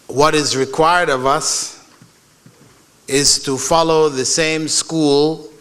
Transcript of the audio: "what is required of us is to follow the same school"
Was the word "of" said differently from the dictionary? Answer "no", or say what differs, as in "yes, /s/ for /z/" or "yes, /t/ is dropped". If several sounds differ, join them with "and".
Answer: no